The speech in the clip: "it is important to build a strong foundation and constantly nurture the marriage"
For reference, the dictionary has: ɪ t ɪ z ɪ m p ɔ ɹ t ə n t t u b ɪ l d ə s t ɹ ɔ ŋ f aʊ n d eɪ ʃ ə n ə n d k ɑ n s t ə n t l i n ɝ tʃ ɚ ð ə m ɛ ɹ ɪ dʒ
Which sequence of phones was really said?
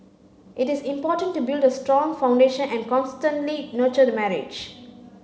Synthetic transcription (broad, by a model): ɪ t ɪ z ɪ m p ɔ t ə n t t u b ɪ l d ə s t ɹ ɔ ŋ f aʊ n d eɪ ʃ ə n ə n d k ɑ n s t ə n t l i n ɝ tʃ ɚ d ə m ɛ ɹ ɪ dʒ